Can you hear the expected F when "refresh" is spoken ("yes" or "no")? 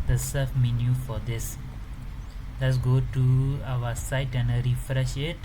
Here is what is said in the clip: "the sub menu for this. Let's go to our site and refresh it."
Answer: yes